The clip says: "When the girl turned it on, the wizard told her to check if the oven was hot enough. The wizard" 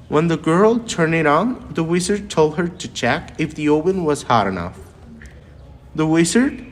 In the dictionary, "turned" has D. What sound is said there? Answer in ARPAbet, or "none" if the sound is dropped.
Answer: none